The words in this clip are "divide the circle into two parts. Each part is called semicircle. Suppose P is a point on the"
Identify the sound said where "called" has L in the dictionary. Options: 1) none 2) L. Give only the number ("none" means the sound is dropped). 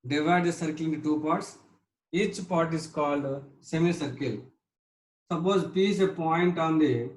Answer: 2